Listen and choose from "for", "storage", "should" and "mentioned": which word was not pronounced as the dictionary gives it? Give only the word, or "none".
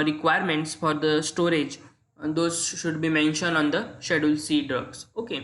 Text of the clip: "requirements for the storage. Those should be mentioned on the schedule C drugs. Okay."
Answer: none